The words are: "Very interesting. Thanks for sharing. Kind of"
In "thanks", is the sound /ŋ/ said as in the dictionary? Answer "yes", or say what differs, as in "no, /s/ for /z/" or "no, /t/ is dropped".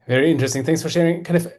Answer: yes